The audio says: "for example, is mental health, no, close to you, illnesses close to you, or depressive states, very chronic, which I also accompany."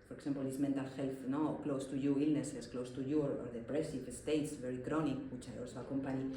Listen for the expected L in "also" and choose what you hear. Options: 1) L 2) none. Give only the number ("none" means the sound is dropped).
1